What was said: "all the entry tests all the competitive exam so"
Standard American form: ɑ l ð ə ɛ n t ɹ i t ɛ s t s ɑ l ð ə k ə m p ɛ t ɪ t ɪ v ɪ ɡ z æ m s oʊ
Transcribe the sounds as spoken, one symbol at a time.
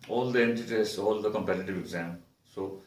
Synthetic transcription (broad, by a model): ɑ l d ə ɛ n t i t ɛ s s ɑ l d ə k ə m p ɛ t ɪ t ɪ v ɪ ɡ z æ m s oʊ